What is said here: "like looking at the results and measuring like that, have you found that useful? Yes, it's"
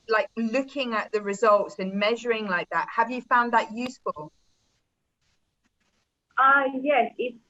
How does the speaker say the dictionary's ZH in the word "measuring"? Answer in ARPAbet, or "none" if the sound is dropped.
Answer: ZH